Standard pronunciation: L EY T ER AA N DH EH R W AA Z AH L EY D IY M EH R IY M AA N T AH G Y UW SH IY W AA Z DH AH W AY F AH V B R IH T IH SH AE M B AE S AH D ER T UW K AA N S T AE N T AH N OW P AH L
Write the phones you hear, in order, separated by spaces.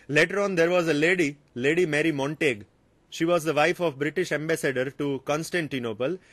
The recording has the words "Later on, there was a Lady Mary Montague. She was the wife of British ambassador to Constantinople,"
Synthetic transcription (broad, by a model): L EY T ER AA N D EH R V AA Z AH L EY D IY M EH R IY M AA N T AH G SH IY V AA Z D AH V AY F AH V B R IH T IH SH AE M B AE S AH D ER T UW K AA N S T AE N T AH N OW P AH L